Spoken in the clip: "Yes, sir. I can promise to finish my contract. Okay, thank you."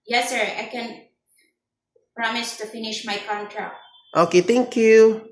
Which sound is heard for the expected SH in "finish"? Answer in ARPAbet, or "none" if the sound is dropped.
SH